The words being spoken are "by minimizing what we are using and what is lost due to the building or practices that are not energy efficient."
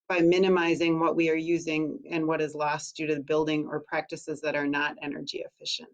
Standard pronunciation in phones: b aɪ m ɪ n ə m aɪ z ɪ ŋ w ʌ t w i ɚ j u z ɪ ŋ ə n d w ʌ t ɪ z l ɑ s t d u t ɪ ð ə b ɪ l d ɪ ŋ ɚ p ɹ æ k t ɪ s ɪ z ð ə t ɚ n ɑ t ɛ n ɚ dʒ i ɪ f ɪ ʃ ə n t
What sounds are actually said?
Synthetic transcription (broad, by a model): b aɪ m ɪ n ə m aɪ z ɪ ŋ w ʌ t w i ɚ j u z ɪ ŋ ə n w ʌ t ɪ z l ɑ s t d u t ɪ ð ə b ɪ l d ɪ ŋ ɚ p ɹ æ k t ɪ s ɪ z ð ə t ɚ n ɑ t ɛ n ɚ dʒ i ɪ f ɪ ʃ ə n t